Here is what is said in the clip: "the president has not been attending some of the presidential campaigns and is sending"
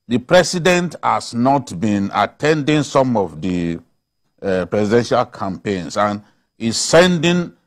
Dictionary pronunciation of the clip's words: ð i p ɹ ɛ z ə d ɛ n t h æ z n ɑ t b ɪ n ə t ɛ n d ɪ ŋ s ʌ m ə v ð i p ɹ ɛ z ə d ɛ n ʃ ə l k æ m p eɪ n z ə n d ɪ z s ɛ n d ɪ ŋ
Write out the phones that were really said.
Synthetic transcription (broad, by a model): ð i p ɹ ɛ s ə d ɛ n t h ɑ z n ɑ t b ɪ n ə t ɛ n d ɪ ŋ s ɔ m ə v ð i p ɹ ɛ s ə d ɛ n ʃ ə l k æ m p eɪ n s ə n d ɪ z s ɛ n d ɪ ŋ